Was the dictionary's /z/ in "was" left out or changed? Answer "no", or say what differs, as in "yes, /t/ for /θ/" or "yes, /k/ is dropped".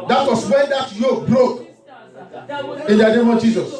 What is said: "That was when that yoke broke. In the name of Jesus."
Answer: yes, /s/ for /z/